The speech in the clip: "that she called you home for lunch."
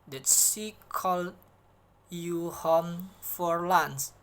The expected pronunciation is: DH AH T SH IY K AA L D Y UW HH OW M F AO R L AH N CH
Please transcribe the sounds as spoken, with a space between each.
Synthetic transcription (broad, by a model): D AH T S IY K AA L Y UW HH OW M F AO R L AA N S